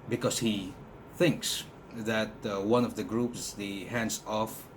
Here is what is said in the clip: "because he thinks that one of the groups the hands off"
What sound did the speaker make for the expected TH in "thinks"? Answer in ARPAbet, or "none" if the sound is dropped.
TH